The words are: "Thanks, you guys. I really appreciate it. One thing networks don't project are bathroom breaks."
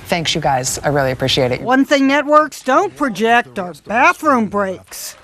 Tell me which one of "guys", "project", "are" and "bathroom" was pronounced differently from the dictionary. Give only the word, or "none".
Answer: none